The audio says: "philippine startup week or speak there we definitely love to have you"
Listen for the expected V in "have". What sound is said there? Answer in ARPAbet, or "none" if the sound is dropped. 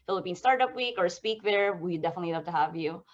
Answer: V